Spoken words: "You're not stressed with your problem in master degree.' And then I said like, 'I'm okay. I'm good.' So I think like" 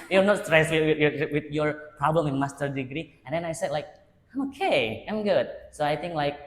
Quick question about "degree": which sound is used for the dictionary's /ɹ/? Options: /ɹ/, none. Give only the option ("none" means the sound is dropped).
/ɹ/